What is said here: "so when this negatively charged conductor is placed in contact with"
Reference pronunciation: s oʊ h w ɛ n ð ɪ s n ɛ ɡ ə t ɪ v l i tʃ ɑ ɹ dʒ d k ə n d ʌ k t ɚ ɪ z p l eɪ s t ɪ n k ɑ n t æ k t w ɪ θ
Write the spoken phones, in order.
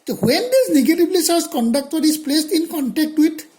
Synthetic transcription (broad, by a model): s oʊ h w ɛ n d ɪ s n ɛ ɡ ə t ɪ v l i s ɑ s k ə n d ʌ k t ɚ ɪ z p l eɪ s t ɪ n k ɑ n t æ k t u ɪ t